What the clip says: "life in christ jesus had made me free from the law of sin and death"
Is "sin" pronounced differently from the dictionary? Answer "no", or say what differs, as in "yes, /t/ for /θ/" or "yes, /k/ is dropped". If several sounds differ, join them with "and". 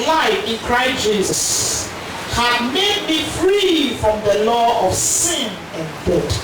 no